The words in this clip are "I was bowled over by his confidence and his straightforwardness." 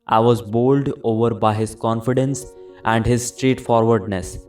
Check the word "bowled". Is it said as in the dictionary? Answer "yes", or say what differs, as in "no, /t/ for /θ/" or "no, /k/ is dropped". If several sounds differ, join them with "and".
yes